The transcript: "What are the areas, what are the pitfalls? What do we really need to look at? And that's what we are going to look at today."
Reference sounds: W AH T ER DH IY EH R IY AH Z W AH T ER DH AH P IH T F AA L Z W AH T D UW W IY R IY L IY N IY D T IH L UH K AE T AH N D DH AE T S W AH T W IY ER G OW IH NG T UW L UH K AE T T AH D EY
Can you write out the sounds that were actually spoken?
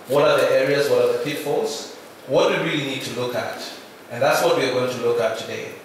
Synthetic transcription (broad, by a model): W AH T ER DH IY EH R IY AH Z W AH T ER DH AH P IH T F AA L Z W AH T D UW W IY R IY L IY N IY D T IH L UH K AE T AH N DH AE T S W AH T W IY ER G OW IH NG T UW L UH K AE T T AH D EY